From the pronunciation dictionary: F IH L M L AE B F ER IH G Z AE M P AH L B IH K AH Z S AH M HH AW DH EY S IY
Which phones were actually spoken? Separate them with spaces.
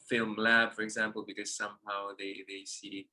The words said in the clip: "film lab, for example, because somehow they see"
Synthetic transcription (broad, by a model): F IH L M L AE B F ER IH G Z AE M P AH L B IH K AH Z S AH M HH AW DH EY S IY